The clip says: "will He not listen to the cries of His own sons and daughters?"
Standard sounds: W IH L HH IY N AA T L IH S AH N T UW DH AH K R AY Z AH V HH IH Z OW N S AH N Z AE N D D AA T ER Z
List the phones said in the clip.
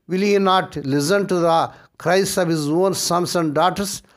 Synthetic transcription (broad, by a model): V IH L HH IY N AA T L IH S AH N T UW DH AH K R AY S AH V HH IH Z OW N S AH N S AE N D D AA T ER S